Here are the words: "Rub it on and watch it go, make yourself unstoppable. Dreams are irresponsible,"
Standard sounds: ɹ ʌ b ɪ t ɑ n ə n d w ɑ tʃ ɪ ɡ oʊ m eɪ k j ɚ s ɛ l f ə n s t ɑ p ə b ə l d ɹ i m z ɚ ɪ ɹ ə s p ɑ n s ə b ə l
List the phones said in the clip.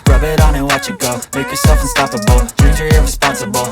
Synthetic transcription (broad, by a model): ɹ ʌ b ɪ t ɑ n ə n w ɑ tʃ ɪ ɡ oʊ m eɪ k j ɚ s ɛ l f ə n s t ɑ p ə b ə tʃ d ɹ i z ɚ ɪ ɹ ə s p ɑ n s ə b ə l